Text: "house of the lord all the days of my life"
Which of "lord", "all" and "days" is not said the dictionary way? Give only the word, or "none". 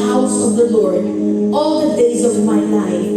none